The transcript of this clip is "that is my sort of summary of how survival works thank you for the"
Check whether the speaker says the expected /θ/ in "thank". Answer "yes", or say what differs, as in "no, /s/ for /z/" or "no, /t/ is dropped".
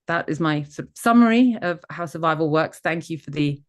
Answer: yes